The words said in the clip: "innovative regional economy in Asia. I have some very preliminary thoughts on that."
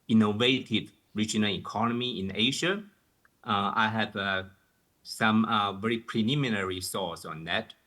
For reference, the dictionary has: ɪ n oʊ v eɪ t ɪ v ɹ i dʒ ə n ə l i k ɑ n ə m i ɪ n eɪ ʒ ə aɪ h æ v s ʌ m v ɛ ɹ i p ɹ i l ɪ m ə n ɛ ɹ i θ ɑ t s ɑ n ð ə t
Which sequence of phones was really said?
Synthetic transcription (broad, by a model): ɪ n oʊ v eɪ t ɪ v ɹ i dʒ ə n ə l i k ɑ n ə m i ɪ n eɪ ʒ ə aɪ h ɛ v s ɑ m v ɛ ɹ i p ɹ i l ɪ m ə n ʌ ɹ i s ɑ s ɑ n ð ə t